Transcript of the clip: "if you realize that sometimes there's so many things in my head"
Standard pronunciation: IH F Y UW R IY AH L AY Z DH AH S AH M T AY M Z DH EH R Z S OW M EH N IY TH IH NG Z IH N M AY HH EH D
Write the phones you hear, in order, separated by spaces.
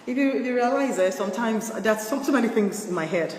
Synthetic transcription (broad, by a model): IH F Y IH R IY AH L AY Z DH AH S AH M T AY M Z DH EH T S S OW M EH N IY TH IH NG Z IH N M AY HH EH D